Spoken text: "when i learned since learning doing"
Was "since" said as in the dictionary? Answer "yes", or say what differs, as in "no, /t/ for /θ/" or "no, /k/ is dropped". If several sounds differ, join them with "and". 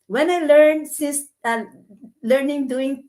no, /n/ is dropped